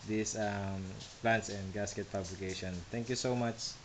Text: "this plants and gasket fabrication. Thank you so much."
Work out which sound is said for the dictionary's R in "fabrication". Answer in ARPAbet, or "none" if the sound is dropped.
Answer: L